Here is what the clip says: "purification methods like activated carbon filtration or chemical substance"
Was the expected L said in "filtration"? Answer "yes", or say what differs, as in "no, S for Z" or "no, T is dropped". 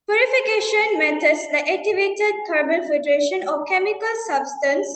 no, L is dropped